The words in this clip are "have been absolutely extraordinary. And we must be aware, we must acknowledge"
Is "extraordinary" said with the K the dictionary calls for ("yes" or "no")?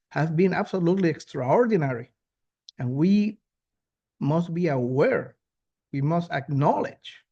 yes